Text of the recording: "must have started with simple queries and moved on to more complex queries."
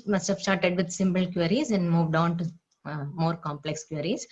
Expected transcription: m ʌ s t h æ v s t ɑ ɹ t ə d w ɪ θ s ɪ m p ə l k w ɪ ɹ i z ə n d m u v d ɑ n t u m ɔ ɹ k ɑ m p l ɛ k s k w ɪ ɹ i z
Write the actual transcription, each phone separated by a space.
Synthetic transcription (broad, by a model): m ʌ s t h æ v s t ɑ ɹ t ə d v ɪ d s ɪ m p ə l k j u ɹ i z ə n d m u v d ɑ n t u m ɔ ɹ k ɑ m p l ɛ k s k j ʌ ɹ i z